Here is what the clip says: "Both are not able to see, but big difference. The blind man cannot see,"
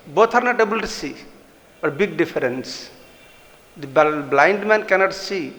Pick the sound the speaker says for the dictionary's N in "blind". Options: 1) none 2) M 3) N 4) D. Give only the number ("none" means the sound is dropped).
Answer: 3